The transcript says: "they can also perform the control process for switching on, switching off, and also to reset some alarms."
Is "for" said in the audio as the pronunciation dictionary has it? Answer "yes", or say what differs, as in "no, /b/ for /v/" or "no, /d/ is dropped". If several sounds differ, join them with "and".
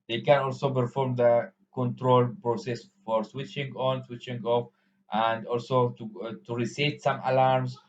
yes